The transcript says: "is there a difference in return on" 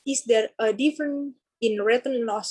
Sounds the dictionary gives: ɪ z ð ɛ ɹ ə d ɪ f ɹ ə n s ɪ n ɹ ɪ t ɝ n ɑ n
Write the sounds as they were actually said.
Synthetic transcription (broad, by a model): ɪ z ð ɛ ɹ ə d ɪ f ɹ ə n ɪ n ɹ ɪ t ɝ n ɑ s